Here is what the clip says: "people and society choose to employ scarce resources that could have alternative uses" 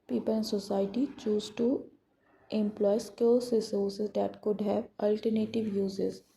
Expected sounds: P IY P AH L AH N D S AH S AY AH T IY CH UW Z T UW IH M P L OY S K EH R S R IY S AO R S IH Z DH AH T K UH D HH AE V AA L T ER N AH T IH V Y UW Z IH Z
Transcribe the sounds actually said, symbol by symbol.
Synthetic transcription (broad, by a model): P IY P AH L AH N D S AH S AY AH T IY CH UW Z T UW IH M P L OY S K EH L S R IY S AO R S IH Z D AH T K UH D HH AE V AA L T ER N AH T IH V Y UW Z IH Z